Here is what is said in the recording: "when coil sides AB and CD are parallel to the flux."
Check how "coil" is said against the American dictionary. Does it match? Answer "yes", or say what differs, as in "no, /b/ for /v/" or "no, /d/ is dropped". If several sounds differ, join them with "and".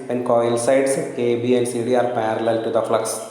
yes